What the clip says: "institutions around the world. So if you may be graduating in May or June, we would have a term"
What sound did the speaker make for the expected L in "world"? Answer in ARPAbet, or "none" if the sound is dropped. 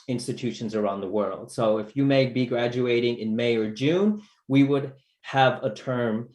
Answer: L